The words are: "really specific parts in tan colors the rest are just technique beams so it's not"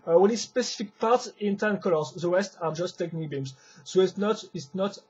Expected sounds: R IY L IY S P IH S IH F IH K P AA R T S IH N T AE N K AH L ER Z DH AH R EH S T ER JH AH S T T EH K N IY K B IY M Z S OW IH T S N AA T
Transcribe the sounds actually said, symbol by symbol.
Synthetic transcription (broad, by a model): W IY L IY S P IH S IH F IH K P AA R T S IH N T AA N K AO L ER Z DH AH W EH S T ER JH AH S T T EH K N IY K B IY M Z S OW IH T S N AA T